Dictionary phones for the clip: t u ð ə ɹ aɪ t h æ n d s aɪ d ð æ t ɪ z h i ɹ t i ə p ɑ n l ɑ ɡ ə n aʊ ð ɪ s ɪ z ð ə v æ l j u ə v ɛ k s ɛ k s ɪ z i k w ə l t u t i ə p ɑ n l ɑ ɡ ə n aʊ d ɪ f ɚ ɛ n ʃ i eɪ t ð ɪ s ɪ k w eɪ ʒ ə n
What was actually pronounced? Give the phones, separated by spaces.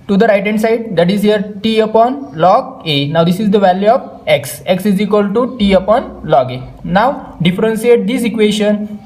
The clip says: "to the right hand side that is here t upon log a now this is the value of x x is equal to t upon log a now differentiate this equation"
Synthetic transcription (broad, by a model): t u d ə ɹ aɪ t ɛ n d s aɪ d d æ t ɪ z h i ɹ t i ə p ɑ n l ɑ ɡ ə n aʊ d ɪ s ɪ z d ə v æ l j u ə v ɛ k s ɛ k s ɪ z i k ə l t u t i ə p ɑ n l ɑ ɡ ə n aʊ d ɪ f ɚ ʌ n s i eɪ t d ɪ s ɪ k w eɪ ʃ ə n